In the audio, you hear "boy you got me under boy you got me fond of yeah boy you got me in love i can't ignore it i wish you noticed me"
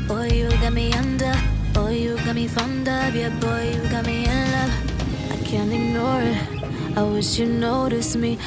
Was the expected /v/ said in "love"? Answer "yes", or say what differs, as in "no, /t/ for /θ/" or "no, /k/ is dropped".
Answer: no, /v/ is dropped